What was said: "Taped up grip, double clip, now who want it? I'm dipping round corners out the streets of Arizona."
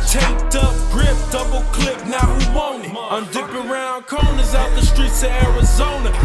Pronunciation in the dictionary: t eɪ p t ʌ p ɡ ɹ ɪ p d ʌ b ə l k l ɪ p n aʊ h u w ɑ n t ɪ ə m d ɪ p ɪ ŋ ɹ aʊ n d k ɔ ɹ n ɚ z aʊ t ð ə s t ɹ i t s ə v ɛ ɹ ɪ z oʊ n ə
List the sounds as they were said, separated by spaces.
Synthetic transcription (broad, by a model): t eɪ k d ʌ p ɡ ɹ ɪ p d ʌ b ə l k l ɪ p n aʊ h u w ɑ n ɪ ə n d ɪ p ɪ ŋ ɹ aʊ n k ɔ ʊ n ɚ z aʊ t ð ə s t ɹ i t s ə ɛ ɹ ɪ z oʊ n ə